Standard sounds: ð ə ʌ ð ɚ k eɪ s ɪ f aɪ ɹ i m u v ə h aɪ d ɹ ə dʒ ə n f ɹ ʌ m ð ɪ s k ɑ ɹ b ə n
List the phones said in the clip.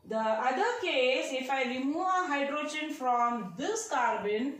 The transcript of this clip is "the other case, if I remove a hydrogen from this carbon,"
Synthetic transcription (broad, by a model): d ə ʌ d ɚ k eɪ s ɪ f aɪ l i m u ə h aɪ d ɹ ə dʒ ə n f ɹ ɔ m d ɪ s k ɑ ɹ b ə n